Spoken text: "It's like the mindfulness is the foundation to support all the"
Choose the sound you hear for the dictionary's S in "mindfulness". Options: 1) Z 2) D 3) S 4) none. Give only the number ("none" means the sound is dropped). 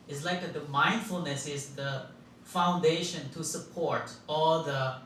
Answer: 3